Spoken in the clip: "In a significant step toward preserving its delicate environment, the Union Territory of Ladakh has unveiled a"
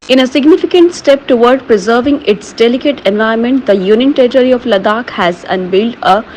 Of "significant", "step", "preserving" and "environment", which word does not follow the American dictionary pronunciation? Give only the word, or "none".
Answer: environment